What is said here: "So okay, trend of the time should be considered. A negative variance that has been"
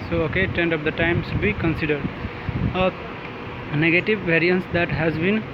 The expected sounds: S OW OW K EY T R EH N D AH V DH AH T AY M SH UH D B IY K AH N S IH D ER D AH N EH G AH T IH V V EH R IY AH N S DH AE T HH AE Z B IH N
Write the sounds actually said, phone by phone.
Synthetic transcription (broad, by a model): S OW OW K EY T EH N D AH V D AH T AY M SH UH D B IY K AH N S IH D ER D AH N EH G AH T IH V V EH R IY AH N S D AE T HH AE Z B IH N